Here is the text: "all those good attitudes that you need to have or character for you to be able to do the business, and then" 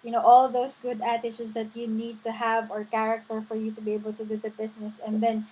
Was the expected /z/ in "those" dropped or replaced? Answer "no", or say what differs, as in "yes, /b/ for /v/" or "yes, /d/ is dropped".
yes, /s/ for /z/